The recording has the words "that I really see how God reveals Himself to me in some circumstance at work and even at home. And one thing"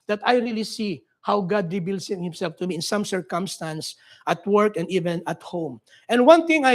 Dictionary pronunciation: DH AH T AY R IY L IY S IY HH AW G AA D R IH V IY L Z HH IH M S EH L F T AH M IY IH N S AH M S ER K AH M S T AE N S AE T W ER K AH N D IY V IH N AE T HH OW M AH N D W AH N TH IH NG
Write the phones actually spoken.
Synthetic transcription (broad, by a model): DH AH T AY R IY L IY S IY HH AW G AA D R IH B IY L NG HH IH M S EH L F T AH M IY IH N S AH M S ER K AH M S T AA N S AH T W ER K AH N D IY V IH N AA T HH OW M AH N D W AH N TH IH NG